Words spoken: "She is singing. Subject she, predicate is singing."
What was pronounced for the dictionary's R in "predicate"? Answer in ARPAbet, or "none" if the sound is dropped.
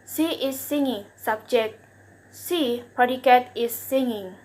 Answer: none